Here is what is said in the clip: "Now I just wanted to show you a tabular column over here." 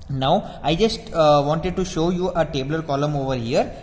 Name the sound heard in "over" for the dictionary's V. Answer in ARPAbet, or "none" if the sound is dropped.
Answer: V